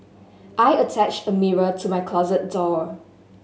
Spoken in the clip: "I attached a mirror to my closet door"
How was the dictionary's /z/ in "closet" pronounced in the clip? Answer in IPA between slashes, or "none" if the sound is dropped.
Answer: /z/